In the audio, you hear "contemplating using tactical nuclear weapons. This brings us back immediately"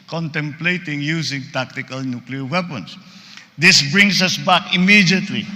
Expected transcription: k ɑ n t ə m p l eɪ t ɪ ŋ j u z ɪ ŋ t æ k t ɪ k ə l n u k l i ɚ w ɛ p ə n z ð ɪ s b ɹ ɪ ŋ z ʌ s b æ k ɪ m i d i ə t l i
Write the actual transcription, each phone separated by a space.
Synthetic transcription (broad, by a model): k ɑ n t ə m p l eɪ t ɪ ŋ j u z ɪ ŋ t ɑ k t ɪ k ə l n u k l i ɚ w ɛ p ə n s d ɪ s b ɹ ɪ ŋ s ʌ s b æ k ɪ m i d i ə t l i